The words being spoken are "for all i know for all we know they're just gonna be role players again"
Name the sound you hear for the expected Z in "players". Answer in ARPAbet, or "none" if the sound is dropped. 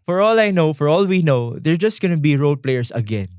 S